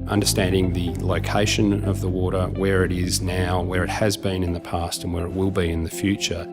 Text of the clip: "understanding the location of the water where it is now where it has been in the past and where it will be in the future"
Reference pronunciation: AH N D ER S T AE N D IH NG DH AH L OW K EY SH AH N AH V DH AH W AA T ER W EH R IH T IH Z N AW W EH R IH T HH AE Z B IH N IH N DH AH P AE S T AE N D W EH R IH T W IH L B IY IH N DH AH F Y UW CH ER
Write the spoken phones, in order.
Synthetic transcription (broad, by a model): AH N D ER S T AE N D IH NG DH AH L OW K EY SH AH N AH V DH AH W AA T ER W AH R IH T IH Z N AW W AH R IH T HH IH Z B IH N IH N DH AH P AE S T N W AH R IH T W IH L B IY IH N DH AH F Y UW CH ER